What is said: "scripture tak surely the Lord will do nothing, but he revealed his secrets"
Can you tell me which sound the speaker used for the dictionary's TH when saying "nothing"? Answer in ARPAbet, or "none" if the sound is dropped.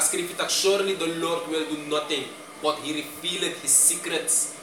T